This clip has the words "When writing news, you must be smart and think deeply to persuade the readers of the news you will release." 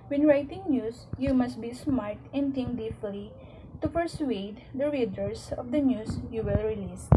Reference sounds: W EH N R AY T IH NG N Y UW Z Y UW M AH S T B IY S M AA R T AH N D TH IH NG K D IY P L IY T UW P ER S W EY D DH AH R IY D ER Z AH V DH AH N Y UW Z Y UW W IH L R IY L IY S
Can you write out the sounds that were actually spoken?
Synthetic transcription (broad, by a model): W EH N R AY T IH NG N Y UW S Y UW M AH S T B IY S M AA R T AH N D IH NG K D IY F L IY T UW P ER S W EY D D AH R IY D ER S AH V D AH N Y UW S Y UW W IH L R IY L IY S